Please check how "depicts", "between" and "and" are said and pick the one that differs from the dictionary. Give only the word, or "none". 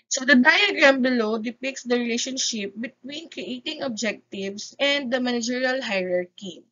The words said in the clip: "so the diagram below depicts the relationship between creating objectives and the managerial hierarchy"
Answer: none